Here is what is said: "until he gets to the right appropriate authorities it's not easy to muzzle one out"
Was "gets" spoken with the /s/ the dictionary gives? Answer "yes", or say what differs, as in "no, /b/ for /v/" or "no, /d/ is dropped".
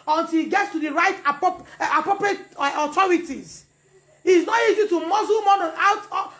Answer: yes